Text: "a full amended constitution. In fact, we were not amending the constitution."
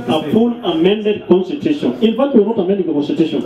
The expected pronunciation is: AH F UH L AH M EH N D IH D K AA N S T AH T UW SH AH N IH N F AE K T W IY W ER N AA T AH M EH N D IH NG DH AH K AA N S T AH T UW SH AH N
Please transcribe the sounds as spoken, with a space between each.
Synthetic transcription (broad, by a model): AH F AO N AH M EH N D IH D K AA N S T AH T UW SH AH N IH N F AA T W IY N AA T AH M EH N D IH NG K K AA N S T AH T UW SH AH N